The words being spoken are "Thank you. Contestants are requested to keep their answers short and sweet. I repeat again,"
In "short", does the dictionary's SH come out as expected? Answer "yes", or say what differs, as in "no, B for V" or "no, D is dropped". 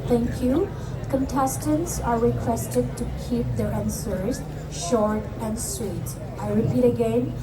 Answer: yes